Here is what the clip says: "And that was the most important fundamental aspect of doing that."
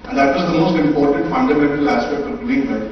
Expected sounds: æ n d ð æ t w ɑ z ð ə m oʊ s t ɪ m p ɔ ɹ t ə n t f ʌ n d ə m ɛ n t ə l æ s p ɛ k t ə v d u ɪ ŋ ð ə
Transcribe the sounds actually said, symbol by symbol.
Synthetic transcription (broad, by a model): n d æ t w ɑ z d ə m oʊ s t ɪ m p ɔ ɹ t ə n t f ʌ n d ə m ɛ n t ə l æ s p ɛ k t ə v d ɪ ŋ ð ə